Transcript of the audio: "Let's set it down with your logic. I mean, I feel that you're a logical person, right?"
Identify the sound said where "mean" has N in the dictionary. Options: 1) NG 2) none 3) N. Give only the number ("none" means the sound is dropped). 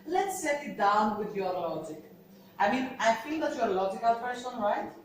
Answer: 3